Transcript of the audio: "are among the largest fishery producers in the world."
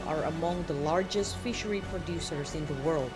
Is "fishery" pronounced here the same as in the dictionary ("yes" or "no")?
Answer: yes